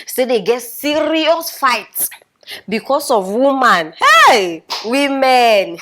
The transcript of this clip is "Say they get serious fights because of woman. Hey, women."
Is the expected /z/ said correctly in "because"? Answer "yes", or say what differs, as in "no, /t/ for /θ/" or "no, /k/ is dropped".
no, /s/ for /z/